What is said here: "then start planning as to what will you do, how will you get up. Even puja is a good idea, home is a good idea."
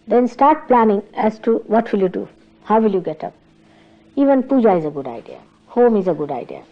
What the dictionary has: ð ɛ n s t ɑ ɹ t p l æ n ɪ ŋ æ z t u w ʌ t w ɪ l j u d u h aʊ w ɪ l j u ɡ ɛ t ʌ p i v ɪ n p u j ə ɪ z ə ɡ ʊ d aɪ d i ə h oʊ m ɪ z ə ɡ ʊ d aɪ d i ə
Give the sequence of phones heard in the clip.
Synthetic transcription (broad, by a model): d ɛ n s t ɑ ɹ t p l æ n ɪ ŋ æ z t u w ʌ t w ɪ l j u d u h aʊ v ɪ l j u ɡ ɛ t ʌ p i v ɪ n p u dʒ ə ɪ z ə ɡ ʊ d aɪ d i ə h oʊ m ɪ z ə ɡ ʊ d aɪ d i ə